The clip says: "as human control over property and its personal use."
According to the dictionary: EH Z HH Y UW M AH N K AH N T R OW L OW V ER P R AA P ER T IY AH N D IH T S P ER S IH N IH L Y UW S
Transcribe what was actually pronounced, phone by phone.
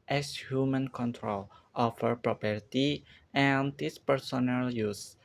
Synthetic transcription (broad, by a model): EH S HH Y UW M AH N K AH N T R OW L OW F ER P R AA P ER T IY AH N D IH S P ER S IH N IH L Y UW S